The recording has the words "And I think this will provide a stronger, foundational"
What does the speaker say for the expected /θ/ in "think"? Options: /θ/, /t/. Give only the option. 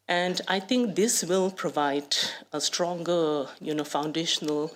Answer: /t/